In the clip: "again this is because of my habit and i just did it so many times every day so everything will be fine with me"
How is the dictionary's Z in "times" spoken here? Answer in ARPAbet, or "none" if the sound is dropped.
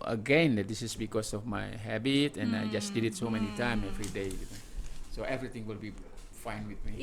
none